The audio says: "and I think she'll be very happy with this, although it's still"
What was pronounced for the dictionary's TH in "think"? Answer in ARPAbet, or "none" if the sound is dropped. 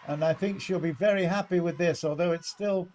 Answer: TH